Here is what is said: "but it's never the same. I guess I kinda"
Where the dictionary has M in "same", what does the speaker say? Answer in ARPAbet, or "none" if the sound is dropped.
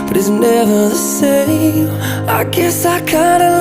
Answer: none